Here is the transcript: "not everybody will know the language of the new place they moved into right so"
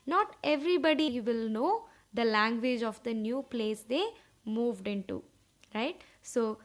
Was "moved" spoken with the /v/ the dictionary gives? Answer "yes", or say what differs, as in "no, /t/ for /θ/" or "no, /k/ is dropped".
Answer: yes